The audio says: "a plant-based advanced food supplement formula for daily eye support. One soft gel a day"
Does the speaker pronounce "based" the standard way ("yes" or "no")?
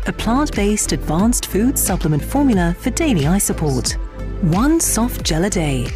yes